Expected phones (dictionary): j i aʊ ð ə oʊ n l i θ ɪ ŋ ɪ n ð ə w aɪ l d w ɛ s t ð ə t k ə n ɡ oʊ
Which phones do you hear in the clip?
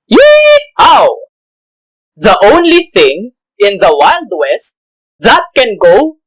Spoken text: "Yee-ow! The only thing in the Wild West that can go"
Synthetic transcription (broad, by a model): j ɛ aʊ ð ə oʊ n l i θ ɪ ŋ ɪ n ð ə w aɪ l d w ɛ s t ð ə t k ə n ɡ oʊ